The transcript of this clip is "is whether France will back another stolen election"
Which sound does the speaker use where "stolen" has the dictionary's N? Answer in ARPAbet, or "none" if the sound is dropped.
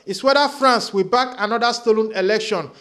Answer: N